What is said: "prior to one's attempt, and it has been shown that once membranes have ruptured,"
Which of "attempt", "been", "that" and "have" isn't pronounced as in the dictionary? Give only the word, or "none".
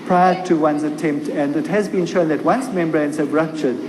have